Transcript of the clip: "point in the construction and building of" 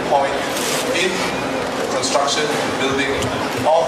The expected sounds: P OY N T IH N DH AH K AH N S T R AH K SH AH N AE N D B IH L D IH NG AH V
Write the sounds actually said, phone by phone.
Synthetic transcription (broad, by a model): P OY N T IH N K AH N S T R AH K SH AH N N B IH L D IH NG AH